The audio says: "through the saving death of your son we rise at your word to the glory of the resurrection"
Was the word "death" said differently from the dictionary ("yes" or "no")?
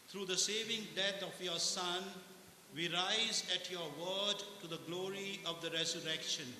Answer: yes